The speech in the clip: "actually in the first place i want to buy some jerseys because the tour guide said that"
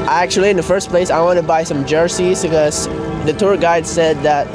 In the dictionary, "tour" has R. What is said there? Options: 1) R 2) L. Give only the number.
1